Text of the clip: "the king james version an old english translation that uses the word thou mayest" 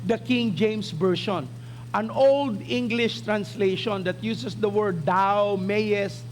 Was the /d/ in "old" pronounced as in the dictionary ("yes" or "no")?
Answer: yes